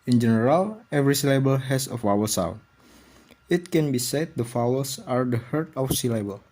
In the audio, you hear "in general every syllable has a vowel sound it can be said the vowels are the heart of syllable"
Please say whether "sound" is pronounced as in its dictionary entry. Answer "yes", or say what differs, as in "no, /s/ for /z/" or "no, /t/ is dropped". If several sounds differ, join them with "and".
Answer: no, /d/ is dropped